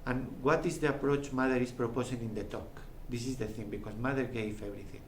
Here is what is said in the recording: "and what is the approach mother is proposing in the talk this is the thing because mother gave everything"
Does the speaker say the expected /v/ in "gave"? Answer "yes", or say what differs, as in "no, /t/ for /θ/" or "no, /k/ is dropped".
no, /f/ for /v/